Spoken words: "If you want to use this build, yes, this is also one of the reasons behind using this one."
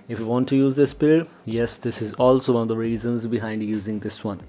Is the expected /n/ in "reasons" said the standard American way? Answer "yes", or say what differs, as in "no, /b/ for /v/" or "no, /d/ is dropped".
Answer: yes